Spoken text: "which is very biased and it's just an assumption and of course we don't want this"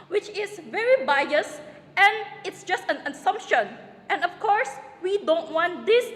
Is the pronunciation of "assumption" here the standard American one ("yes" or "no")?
yes